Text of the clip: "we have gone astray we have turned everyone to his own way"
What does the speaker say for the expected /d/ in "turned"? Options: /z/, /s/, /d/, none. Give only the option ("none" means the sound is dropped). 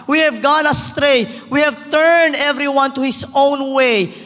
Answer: /d/